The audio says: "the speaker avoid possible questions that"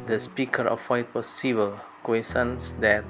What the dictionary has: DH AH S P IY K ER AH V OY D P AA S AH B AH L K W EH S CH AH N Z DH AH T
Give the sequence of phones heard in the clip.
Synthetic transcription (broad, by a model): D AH S P IY K ER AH F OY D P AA S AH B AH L K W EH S AH N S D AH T